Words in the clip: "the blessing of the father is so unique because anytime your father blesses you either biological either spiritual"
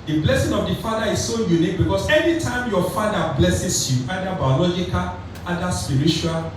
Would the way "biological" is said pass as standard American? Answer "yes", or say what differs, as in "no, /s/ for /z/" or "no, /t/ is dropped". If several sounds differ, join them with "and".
yes